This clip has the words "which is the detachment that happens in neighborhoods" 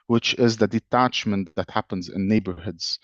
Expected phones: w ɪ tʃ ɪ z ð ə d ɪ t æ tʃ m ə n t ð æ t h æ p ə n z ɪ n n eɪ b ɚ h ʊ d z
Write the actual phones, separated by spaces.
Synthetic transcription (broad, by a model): w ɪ tʃ ɪ z ð ə d ɪ t æ tʃ m ə n t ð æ t h æ p ə n z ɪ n n eɪ b ɚ h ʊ d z